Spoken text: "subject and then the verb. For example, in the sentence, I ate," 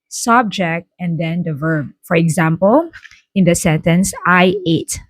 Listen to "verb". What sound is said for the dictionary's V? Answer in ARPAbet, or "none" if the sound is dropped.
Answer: V